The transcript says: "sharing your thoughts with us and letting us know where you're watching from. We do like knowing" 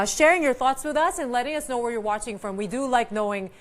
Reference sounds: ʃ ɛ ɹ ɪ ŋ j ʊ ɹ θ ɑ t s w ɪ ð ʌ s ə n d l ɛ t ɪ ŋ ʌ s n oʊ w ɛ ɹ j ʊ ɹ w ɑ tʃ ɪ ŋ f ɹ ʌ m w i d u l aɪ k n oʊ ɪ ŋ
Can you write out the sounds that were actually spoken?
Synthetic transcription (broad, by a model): ʃ ɛ ɹ ɪ ŋ j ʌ ɹ θ ɑ t s w ɪ ð ʌ s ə n l ɛ t ɪ ŋ ʌ s n oʊ w ɛ ɹ j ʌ ɹ w ɑ tʃ ɪ ŋ f ɹ ʌ m w i d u l aɪ k n oʊ ɪ ŋ